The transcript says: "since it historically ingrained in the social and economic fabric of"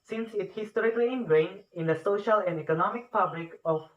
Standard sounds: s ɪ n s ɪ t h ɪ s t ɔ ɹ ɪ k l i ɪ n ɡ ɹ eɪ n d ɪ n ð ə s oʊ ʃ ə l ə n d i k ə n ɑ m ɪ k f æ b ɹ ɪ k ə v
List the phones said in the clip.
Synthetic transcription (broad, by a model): s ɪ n s ɪ t h ɪ s t ɔ ɹ ɪ k l i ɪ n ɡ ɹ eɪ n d ɪ n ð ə s oʊ ʃ ə l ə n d i k ə n ɑ m ɪ k p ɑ b l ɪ k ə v